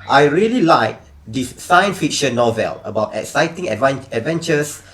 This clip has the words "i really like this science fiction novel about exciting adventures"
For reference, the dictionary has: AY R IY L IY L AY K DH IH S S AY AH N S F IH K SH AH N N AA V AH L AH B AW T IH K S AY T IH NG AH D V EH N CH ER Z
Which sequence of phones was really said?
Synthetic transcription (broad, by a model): AY R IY L IY L AY K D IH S S AY AH N S F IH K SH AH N N AA V AH L AH B AW T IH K S AY T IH NG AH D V EH N CH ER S